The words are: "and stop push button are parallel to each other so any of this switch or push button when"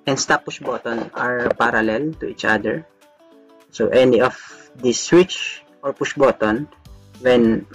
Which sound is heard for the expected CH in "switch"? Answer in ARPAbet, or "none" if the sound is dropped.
CH